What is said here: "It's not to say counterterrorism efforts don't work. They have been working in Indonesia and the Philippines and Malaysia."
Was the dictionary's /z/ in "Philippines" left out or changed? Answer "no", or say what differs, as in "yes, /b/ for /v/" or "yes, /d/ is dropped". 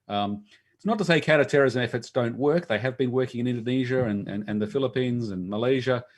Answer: no